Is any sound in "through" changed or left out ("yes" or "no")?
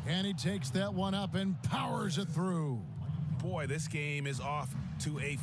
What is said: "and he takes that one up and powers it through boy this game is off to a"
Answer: no